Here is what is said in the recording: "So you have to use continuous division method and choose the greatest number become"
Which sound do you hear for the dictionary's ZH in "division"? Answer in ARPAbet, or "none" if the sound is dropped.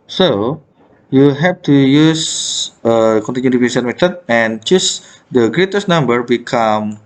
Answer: S